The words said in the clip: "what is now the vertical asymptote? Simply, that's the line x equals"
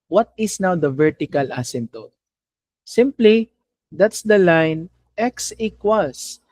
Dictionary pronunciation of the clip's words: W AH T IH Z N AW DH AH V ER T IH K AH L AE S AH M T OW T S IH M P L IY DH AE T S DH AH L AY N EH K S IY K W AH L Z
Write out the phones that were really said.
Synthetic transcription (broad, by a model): W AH T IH S N AW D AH V ER T IH K AH L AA S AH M T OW S IH M P L IY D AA T S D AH L AY N EH K S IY K W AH L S